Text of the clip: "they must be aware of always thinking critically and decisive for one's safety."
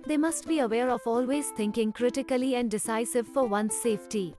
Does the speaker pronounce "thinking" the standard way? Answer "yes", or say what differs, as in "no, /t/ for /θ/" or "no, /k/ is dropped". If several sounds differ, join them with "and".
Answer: no, /t/ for /θ/